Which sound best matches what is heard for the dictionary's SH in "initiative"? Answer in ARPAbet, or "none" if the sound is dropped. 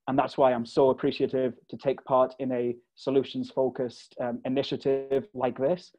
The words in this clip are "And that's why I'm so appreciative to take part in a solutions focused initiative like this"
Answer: SH